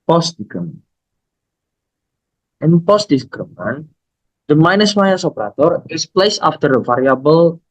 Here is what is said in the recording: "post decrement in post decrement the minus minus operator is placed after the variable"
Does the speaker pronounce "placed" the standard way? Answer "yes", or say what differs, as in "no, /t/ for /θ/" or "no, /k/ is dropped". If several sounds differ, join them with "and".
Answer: no, /t/ is dropped